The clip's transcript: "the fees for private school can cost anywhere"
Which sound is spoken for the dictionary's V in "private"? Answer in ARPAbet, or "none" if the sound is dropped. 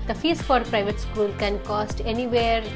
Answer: V